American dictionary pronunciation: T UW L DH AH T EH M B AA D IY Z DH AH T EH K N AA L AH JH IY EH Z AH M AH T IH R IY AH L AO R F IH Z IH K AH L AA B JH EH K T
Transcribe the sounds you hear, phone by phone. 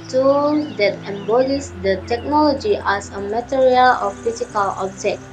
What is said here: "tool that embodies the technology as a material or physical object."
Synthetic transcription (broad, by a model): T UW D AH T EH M B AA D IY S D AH T EH K N AA L AH JH IY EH S AH M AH T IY R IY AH L AO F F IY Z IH K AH L AA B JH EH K